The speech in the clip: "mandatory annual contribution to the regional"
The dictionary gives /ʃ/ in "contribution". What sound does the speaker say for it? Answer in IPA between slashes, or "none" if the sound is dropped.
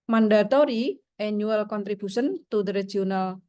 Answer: /s/